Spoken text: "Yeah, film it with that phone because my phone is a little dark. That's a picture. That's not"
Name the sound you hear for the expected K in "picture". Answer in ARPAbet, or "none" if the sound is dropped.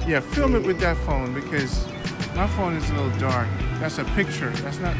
K